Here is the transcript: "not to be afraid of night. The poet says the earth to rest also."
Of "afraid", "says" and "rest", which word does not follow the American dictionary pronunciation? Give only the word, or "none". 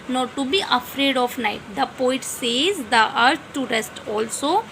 none